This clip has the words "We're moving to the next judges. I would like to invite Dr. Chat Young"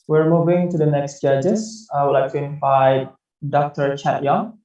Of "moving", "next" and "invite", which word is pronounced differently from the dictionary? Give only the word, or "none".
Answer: invite